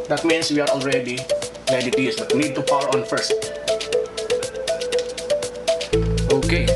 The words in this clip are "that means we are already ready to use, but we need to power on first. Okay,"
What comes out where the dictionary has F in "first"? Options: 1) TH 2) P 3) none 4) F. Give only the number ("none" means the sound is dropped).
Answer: 4